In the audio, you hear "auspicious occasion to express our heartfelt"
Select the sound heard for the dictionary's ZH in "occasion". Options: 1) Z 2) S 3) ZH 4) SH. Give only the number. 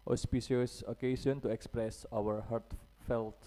2